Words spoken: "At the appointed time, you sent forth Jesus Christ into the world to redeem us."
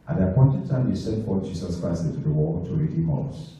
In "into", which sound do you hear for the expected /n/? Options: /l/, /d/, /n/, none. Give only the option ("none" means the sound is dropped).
none